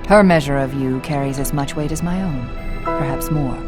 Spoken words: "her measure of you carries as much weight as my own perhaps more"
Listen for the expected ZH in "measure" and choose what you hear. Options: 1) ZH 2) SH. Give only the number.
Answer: 1